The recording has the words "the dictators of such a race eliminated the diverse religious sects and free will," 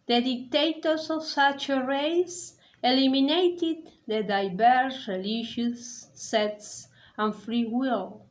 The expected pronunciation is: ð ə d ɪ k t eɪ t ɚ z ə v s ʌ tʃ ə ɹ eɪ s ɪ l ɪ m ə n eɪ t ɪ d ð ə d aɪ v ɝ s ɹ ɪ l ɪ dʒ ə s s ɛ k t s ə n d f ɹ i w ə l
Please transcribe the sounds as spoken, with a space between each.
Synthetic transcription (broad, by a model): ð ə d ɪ k t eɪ t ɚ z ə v s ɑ tʃ ə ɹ eɪ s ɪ l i m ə n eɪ t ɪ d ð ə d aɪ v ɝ s ɹ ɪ l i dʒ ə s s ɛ t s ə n f ɹ i w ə l